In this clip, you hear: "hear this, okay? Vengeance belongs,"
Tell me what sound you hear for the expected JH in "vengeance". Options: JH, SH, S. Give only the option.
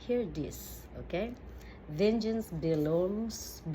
JH